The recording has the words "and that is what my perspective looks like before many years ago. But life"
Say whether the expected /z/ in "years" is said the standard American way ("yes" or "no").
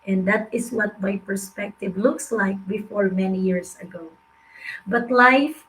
no